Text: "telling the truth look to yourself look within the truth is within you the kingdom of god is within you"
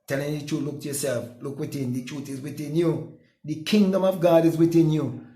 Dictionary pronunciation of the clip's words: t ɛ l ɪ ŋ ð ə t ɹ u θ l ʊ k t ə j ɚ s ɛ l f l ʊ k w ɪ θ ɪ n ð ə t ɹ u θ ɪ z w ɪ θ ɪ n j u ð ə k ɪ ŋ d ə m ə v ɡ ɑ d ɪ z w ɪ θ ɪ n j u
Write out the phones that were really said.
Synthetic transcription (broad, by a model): t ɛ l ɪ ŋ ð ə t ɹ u l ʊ k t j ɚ s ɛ l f l ʊ k w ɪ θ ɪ n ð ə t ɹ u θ ɪ z w ɪ θ ɪ n j u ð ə k ɪ ŋ d ə m ə v ɡ ɑ d ɪ z w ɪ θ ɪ n j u